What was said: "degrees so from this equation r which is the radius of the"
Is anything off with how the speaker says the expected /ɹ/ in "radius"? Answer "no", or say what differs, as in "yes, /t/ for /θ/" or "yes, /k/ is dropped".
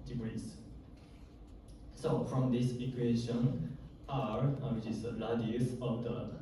yes, /l/ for /ɹ/